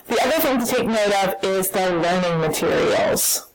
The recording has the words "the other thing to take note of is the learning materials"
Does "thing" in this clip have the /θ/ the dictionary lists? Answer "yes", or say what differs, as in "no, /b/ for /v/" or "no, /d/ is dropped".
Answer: yes